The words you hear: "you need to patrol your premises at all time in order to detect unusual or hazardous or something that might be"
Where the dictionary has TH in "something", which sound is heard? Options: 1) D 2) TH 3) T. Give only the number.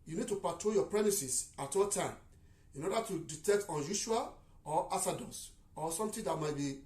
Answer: 3